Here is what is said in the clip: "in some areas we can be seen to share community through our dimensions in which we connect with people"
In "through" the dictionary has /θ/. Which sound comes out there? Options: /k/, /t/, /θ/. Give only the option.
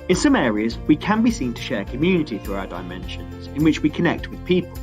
/θ/